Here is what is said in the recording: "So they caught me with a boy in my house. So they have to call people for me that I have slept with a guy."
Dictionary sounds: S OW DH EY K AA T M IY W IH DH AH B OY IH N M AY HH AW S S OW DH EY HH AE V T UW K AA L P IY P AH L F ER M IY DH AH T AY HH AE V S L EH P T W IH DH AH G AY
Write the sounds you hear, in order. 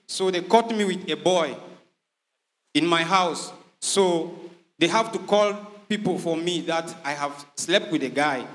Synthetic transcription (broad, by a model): S OW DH EY K AA T M IY W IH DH AH B OY IH N M AY HH AW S S OW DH EY HH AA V T UW K AA L P IY P AH L F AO M IY DH AH T AY HH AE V S L EH P T W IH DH AH G AY